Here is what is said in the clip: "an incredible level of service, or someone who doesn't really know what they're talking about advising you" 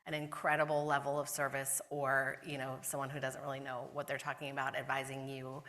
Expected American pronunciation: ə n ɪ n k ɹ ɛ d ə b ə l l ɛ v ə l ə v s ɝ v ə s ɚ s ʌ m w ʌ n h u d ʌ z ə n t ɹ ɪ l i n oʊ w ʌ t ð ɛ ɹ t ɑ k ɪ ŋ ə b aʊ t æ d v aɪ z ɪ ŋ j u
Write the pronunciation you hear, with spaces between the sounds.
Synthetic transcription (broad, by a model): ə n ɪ n k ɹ ɛ d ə b l l ɛ v l ə v s ɝ v ə s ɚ s ʌ m w ʌ n h u d ʌ z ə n t ɹ ɪ l i n oʊ w ʌ t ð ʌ ɹ t ɑ k ɪ ŋ ə b aʊ t æ d v aɪ z ɪ ŋ j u